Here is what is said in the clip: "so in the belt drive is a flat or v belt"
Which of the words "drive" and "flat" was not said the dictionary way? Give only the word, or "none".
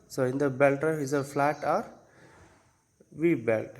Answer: drive